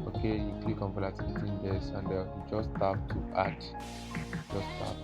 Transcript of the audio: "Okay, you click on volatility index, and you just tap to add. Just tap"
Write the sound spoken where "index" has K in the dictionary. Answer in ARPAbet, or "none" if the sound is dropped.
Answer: none